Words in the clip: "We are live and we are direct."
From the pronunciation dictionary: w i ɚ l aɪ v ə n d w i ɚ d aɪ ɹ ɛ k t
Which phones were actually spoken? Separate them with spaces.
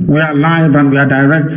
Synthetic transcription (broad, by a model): w i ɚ l aɪ v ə n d w i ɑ d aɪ ɹ ɛ k t